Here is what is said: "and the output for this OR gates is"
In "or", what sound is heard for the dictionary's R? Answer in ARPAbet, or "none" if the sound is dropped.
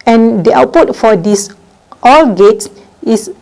L